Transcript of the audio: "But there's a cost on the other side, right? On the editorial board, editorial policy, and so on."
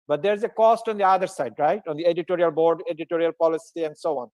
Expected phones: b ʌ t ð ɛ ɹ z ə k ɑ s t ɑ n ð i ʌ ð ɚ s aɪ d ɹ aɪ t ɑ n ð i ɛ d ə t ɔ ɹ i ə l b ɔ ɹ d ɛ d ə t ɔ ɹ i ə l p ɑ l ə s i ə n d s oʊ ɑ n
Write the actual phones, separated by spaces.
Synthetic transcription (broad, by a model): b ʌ t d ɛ ɹ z ə k ɑ s t ɑ n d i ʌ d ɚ s aɪ d ɹ aɪ t ɑ n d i ɛ d ə t ɔ ɹ i ə l b ɔ ɹ d ɛ d ə t ɔ ɹ i ə l p ɑ l ə s i ə n d s oʊ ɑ n